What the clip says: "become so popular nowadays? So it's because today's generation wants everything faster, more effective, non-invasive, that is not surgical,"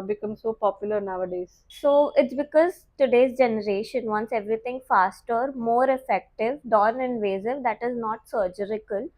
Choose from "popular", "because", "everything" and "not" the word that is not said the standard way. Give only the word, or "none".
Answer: everything